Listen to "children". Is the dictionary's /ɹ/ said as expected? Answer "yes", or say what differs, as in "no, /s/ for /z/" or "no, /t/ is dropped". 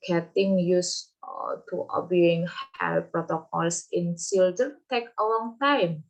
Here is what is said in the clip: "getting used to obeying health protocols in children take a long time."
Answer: no, /ɹ/ is dropped